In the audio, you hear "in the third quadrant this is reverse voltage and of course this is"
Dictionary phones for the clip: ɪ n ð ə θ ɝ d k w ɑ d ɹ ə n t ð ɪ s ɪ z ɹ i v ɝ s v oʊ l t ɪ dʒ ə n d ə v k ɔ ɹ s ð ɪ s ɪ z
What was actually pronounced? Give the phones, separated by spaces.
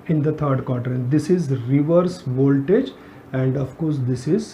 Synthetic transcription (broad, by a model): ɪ n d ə t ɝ d k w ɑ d ɹ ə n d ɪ s ɪ z ɹ i v ɝ s v oʊ l t ɪ dʒ ə n d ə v k ɔ ɹ s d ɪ s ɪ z